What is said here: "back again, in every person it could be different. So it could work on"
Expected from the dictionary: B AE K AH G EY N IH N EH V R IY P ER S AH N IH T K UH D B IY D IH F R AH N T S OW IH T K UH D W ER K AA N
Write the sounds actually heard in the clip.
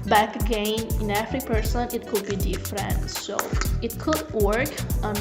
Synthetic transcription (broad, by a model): B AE K AH G EY N IH N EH F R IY P ER S AH N IH T K UH D B IY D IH F R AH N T S OW IH T K UH D W ER K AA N